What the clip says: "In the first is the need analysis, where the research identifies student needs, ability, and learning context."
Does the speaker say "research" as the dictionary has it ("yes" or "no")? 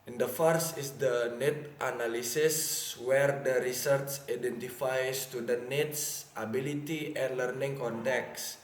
no